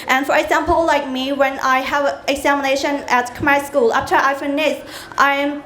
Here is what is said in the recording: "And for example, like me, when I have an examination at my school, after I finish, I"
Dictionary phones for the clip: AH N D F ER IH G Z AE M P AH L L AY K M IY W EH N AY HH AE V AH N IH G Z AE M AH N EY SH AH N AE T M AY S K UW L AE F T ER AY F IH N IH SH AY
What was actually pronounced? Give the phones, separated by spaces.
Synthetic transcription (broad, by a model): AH N F ER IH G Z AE M P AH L L AY K M IY W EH N AY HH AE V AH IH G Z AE M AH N EY SH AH N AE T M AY S K UW L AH P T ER AY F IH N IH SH AY